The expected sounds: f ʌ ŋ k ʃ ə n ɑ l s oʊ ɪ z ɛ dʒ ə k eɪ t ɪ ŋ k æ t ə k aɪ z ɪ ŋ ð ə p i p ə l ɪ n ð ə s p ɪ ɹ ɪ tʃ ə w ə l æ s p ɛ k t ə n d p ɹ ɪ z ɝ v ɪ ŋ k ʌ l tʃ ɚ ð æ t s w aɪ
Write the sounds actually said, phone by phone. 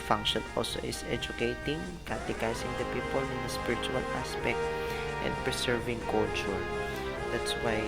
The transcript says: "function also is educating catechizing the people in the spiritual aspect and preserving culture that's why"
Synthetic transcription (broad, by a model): f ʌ ŋ k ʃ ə n ɑ l s oʊ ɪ s ɛ dʒ ə k eɪ t ɪ ŋ k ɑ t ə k aɪ s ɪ ŋ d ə p i p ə l ɪ n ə s p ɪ ɹ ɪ tʃ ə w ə l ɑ s p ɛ k t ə n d p ɹ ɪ s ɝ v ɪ ŋ k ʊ l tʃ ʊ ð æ t s w aɪ